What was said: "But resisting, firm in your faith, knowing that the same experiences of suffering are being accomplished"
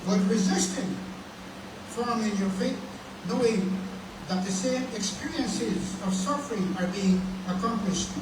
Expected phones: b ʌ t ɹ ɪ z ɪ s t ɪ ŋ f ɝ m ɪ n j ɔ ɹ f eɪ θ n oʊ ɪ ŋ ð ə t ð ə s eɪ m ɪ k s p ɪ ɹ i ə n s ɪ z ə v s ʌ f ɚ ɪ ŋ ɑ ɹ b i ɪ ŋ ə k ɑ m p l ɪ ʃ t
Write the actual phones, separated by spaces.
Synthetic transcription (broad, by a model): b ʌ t ɹ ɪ z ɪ s t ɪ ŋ f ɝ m ɪ n j ɔ ɹ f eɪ t n oʊ ɪ ŋ ð ə t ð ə s eɪ m ɪ k s p ɪ ɹ i ə n s ɪ z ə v s ʌ f ɚ ɪ ŋ ɑ ɹ b i ɪ ŋ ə k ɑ m p l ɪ ʃ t